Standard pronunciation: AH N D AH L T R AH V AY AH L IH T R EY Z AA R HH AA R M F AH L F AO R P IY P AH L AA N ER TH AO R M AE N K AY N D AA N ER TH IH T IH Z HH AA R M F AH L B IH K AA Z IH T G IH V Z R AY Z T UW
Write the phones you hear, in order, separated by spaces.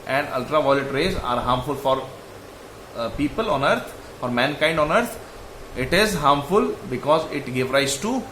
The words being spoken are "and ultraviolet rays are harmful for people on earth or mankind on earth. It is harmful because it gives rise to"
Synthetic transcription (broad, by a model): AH N D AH L T R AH V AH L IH T R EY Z AA R HH AA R M F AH L F AO R P IY P AH L AA N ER F AO R M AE N K AY N D AA N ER T IH T IH Z HH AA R M F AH L B IH K AA Z IH T G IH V R AY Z T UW